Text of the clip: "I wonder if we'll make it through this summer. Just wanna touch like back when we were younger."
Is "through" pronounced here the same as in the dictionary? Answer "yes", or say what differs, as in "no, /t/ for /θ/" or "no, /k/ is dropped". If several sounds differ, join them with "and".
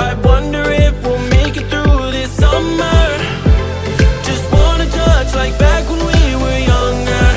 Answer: yes